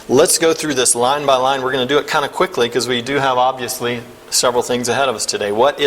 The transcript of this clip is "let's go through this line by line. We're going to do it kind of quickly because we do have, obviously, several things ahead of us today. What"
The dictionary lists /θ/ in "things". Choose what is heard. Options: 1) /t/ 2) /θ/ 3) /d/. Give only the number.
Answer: 2